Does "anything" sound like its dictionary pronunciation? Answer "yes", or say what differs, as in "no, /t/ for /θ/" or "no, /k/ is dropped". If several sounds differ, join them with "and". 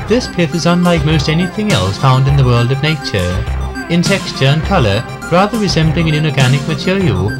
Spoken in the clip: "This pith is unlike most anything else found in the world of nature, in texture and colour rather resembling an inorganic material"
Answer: yes